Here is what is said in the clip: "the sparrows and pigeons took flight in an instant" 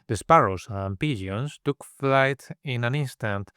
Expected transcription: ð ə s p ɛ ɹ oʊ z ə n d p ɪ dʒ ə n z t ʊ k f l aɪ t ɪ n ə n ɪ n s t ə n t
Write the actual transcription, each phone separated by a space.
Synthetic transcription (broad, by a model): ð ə s p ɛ ɹ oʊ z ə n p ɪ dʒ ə n s t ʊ k f l aɪ t ɪ n ə n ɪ n s t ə n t